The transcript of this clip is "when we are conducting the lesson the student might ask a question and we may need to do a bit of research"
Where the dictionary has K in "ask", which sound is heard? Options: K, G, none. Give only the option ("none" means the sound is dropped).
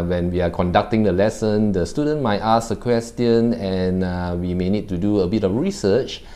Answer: none